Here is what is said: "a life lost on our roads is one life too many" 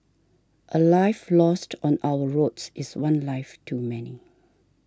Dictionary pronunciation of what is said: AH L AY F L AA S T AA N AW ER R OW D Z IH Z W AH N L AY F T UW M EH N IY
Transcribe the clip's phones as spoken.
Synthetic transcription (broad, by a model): AH L AY F L AA S T AA N AW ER R OW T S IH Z W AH N L AY F T UW M EH N IY